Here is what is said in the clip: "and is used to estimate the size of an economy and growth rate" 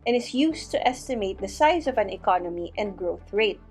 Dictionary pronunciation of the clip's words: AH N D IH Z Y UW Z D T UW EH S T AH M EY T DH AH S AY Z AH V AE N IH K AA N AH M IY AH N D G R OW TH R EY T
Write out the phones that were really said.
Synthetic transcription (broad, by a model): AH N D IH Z Y UW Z T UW EH S T AH M EY T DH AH S AY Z AH V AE N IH K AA N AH M IY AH N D G R OW TH R EY T